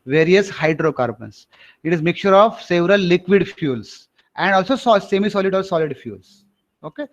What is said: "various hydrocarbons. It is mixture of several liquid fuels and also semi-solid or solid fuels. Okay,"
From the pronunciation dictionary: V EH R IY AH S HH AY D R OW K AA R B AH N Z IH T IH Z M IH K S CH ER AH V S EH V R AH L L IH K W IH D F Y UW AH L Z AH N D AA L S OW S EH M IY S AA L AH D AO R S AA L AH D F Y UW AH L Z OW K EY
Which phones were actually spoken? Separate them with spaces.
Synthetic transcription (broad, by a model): V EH R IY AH S HH AY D R OW K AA R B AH N S IH T IH Z M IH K CH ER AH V S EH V R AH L L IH K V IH D F Y UW L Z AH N D AA L S OW S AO M IY S AA L AH D AO R S AA L AH D F Y UW L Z OW K EY